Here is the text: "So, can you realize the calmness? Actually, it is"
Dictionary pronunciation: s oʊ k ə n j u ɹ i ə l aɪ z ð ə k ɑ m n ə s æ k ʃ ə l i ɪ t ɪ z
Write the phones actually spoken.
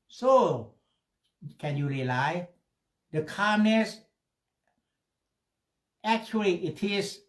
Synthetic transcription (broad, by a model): s oʊ k ə n j u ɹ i l aɪ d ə k ɑ m n ə s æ k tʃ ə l i ɪ t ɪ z